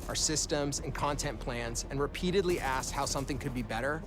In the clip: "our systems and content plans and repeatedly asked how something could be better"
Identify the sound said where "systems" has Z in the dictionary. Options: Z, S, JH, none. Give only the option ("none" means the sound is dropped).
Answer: Z